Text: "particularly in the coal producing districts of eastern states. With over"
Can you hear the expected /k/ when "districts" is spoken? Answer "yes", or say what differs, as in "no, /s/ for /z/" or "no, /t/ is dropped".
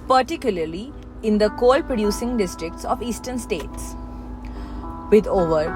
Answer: yes